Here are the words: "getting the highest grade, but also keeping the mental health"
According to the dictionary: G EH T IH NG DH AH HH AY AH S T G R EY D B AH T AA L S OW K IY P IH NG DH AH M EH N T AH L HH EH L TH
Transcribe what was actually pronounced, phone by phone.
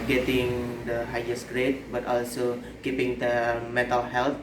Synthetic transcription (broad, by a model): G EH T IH NG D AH HH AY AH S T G R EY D B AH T AA L S OW K IY P IH NG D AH M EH T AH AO HH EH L